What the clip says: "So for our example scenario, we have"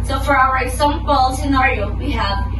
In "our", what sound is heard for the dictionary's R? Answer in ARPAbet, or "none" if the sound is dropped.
W